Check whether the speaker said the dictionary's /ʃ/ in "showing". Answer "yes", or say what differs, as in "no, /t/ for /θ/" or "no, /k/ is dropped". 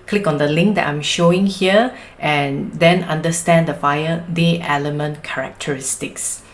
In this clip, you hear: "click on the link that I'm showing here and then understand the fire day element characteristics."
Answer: yes